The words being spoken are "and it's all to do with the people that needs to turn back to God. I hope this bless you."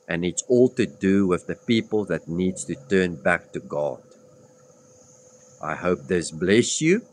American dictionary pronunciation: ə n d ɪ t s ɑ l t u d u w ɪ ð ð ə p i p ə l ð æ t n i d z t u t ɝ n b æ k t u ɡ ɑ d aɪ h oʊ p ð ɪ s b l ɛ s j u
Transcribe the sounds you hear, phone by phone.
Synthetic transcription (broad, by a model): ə n ɪ t s ɑ l t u d u w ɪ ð ð ə p i p ə l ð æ t n i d t u t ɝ n b æ k t u ɡ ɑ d aɪ h oʊ p ð ɪ s b l ɛ s j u